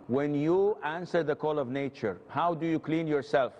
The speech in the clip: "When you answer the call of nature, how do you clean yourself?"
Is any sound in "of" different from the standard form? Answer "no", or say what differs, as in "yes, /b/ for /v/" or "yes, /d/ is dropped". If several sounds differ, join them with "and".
no